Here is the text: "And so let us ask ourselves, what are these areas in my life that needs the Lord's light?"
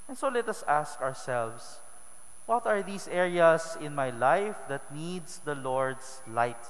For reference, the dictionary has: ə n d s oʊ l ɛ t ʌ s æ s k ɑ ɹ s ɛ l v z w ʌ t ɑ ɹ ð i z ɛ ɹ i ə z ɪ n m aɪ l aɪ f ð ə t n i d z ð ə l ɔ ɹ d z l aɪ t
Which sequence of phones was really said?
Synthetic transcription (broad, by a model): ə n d s oʊ l ɛ t ʌ s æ s k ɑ ɹ s ɛ l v s w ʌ t ɑ ɹ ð i s ɛ ɹ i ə s ɪ n m aɪ l aɪ f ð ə t n i d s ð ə l ɔ ɹ d s l aɪ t